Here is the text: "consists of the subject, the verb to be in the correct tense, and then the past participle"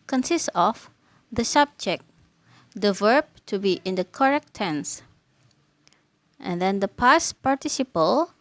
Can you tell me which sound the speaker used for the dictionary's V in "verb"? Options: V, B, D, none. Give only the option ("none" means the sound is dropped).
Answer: V